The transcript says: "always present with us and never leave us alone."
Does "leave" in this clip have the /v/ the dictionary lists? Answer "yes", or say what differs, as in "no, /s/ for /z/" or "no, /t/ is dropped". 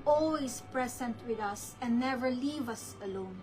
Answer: yes